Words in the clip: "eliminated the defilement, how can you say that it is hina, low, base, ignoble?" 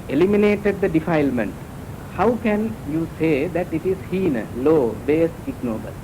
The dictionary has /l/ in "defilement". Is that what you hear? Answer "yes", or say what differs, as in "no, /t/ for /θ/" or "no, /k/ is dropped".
yes